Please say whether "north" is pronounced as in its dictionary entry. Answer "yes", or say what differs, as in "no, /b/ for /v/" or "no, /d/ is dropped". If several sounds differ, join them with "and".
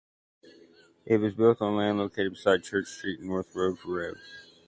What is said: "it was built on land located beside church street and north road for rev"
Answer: yes